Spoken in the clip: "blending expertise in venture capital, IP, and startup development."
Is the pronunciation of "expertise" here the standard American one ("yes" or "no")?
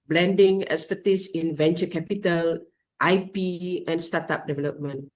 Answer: no